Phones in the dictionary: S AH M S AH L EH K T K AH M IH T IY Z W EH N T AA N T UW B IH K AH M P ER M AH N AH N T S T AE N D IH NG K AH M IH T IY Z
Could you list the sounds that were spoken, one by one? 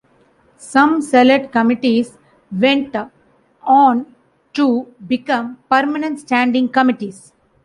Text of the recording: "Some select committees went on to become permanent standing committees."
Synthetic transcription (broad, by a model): S AH M S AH L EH T K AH M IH T IY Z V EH N T AA N T UW B IH K AH M P ER M AH N AH N T S T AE N D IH NG K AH M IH T IY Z